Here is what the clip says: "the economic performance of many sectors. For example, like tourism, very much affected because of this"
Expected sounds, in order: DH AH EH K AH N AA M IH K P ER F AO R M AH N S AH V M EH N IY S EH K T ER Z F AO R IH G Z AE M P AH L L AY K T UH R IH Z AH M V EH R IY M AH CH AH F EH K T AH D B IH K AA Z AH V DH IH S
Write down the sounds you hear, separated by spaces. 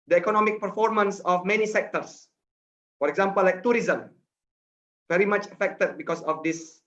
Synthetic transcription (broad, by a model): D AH EH K AH N AA M IH K P ER F AO R M AH N S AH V M EH N IY S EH K T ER S F AO R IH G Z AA M P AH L L AY K T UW R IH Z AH M V EH R IY M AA CH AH F EH K T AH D B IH K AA S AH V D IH S